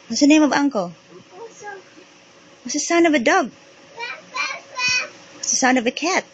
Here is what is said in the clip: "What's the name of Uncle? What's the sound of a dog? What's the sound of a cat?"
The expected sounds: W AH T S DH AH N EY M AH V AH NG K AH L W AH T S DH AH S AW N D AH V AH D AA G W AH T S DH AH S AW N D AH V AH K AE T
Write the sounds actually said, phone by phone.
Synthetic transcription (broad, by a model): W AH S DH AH N EY M AH V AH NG K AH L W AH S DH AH S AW N AH V AH D AA G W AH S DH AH S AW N AH V AH K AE T